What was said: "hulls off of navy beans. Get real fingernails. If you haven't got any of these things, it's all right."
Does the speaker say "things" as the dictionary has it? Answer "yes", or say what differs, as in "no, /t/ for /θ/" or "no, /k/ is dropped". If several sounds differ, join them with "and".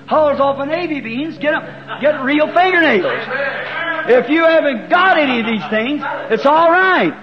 yes